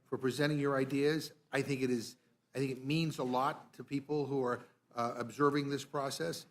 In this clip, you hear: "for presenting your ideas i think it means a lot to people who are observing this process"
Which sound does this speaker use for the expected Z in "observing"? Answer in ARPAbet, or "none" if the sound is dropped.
Z